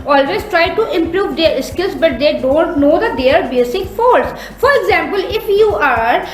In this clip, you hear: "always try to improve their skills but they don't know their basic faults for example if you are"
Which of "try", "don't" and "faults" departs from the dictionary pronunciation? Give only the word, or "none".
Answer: faults